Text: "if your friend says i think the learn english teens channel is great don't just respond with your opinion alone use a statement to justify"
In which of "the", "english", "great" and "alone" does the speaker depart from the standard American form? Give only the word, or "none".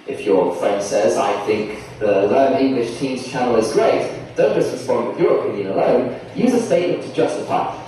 none